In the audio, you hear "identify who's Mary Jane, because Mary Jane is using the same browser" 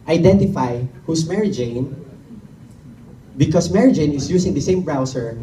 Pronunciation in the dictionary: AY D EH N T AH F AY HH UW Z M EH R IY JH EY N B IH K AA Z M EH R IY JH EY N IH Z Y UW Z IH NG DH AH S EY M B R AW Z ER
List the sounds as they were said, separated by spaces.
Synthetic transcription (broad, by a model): AY D EH N T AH F AY HH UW S M EH R IY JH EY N B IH K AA S M EH R IY JH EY N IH S Y UW S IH NG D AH S EY M B R AW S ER